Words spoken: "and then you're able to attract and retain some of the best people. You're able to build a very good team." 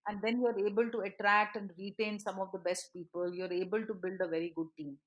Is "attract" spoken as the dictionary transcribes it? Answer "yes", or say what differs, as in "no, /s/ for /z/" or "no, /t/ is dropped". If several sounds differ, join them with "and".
yes